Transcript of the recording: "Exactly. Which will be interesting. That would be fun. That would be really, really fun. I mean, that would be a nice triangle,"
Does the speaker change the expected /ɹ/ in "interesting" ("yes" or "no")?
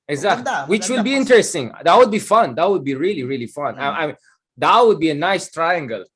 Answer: no